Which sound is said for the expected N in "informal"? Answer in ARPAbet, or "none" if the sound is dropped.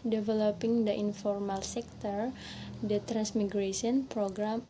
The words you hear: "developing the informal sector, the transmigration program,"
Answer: N